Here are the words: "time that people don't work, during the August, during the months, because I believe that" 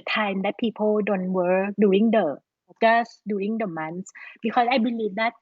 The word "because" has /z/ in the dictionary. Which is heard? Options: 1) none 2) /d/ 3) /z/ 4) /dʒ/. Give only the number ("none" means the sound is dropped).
1